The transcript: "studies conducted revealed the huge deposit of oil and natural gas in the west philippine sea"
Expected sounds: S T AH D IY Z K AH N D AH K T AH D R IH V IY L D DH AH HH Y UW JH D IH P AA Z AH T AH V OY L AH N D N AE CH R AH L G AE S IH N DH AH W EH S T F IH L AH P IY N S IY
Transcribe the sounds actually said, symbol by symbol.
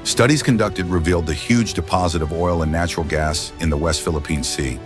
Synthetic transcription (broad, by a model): S T AH D IY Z K AH N D AH K T AH D R IH V IY L D DH AH HH Y UW JH D IH P AA Z AH T AH V OY L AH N N AE CH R L G AE S IH N DH AH W EH S T F IH L AH P IY N S IY